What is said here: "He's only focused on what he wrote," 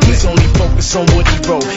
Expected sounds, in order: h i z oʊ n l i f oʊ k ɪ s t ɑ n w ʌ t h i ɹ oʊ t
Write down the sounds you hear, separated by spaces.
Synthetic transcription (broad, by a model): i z oʊ n l i f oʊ k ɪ s ɑ n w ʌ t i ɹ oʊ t